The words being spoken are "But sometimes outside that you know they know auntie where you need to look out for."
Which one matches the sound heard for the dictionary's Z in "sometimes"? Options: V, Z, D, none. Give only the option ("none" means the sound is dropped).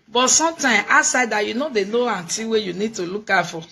none